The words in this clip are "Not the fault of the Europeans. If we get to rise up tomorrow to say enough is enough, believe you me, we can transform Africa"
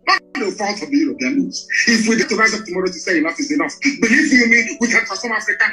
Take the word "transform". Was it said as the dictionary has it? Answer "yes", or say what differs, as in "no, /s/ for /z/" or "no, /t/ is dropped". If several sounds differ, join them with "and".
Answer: no, /n/ is dropped and /f/ is dropped